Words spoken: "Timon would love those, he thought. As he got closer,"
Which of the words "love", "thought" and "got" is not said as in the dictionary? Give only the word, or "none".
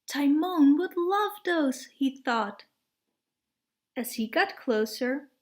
none